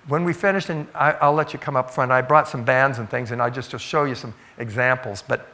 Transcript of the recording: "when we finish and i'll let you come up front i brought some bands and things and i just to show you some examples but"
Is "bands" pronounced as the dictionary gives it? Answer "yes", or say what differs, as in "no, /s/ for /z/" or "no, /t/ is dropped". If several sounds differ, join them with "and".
yes